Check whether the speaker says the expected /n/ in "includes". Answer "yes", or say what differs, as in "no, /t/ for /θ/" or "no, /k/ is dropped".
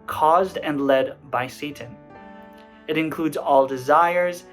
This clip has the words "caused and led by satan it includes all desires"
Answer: yes